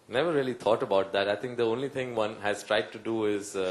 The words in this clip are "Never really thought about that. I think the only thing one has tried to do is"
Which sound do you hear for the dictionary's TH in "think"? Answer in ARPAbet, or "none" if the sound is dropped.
T